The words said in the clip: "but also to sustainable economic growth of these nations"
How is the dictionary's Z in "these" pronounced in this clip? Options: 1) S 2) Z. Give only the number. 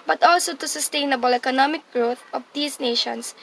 1